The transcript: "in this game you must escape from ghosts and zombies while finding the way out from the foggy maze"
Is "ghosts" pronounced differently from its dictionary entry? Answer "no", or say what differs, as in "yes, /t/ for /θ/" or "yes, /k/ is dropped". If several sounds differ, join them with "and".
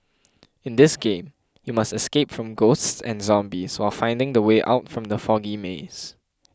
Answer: no